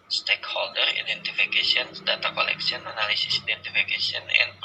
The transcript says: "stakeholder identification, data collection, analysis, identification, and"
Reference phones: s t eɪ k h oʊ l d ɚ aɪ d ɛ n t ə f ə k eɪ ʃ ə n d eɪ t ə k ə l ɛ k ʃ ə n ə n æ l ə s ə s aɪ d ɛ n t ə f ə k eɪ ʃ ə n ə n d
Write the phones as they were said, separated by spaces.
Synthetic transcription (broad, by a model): s t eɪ k h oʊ l d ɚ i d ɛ n t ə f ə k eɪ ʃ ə n d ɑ t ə k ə l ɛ k s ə n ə n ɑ l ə s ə s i d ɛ n t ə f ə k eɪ s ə n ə n